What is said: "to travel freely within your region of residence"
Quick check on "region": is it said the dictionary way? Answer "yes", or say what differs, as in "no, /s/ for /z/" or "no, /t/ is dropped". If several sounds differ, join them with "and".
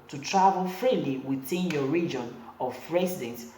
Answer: yes